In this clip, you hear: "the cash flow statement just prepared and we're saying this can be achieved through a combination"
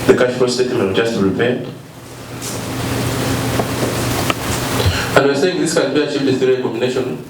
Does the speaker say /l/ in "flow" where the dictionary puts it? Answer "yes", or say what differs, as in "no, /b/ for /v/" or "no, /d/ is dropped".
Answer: no, /l/ is dropped